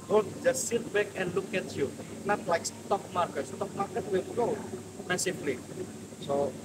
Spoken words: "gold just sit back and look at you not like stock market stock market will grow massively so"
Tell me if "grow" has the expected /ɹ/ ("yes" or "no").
no